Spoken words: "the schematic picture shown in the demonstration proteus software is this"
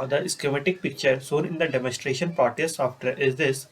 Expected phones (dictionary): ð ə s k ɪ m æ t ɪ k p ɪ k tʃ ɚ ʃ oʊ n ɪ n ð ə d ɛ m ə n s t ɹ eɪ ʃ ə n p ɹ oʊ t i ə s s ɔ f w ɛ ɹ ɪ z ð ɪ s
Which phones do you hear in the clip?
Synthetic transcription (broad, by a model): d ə s k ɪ m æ t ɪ k p ɪ k tʃ ɚ s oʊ n ɪ n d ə d ɛ m ə n s t ɹ eɪ ʃ ə n p ɹ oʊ t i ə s s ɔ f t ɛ ɹ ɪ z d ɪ s